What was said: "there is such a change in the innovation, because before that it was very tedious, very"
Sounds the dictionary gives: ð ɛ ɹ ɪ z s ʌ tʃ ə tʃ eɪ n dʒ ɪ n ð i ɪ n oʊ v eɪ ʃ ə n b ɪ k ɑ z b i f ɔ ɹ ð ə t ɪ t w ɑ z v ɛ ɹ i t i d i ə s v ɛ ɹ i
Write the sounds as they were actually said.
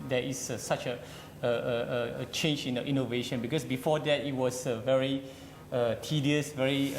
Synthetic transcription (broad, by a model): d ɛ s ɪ s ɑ tʃ ə tʃ eɪ n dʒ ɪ n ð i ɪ n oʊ v eɪ ʃ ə n b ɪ k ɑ s b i f ɔ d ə t ɪ t w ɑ s v ɛ ɹ i t i d i ə s v ɛ ɹ i